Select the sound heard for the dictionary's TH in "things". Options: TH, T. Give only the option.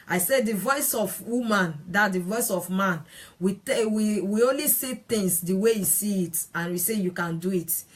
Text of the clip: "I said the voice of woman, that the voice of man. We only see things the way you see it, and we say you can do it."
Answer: T